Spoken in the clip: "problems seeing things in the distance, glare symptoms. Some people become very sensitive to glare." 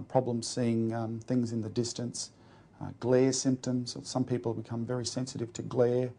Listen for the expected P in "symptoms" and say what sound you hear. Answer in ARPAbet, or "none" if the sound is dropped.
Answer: P